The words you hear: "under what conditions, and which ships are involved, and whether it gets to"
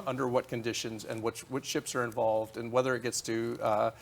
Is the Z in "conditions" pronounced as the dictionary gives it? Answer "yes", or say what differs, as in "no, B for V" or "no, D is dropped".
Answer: yes